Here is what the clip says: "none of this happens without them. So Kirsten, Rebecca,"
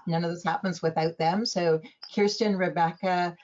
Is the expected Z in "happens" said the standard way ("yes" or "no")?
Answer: yes